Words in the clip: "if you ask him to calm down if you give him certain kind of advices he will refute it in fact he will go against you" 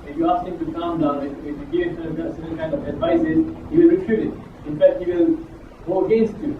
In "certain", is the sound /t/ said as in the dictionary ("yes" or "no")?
no